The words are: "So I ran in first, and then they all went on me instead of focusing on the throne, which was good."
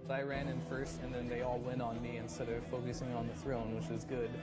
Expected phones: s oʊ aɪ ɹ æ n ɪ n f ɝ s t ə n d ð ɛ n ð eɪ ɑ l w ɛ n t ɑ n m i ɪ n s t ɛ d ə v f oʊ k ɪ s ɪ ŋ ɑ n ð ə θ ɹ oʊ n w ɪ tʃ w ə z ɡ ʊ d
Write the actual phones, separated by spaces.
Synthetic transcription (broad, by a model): aɪ ɹ æ n ɪ n f ɝ s t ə n ð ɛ n ð eɪ ɑ l w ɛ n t n m i ɪ n s t ɛ d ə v f oʊ k ɪ s ɪ ŋ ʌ n ð ə θ ɹ oʊ n w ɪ tʃ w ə z ɡ ʊ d